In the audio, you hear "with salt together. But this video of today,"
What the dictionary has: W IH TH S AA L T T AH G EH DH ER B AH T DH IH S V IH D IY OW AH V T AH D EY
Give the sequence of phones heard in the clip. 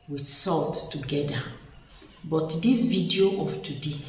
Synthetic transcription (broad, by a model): W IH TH S AA L T T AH G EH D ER B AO T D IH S V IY D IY OW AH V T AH D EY